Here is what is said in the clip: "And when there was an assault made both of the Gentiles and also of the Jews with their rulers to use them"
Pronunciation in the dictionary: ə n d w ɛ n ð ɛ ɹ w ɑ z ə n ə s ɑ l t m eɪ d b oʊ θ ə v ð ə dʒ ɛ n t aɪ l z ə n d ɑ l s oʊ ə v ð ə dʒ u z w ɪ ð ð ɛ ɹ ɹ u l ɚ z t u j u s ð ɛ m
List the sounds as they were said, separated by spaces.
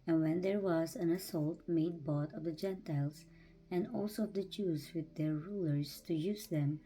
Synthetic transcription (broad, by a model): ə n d w ɛ n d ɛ ɹ w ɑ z ə n ə s ɑ l t m eɪ d b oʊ t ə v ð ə dʒ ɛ n t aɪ l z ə n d ɑ l s oʊ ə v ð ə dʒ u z w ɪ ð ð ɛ ɹ ɹ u l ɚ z t u j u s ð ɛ m